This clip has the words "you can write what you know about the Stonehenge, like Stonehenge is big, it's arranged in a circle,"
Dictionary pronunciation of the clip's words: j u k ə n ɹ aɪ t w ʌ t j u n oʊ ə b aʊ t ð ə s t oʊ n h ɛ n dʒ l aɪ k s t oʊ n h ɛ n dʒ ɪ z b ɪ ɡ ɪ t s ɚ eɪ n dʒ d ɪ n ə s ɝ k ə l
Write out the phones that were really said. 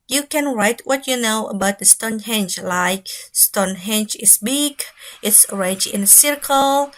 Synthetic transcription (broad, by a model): j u k ə n ɹ aɪ t w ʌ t j u n oʊ ə b aʊ t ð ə s t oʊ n h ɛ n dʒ l aɪ k s t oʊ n h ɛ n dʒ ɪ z b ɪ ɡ ɪ t s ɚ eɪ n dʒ ɪ n ə s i k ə l